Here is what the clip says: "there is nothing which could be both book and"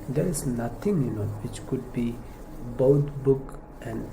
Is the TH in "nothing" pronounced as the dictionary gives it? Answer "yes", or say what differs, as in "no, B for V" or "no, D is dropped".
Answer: no, T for TH